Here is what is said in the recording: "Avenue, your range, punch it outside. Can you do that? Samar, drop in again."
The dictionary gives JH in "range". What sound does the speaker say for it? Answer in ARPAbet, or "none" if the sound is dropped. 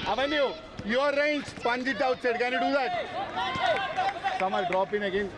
CH